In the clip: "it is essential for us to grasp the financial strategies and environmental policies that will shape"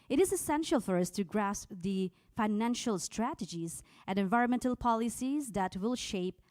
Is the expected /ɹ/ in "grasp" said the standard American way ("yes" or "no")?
yes